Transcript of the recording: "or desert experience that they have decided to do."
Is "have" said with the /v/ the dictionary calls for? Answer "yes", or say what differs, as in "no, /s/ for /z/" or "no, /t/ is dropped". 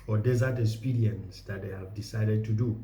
yes